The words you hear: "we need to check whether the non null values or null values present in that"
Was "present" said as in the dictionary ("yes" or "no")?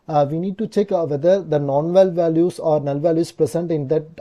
no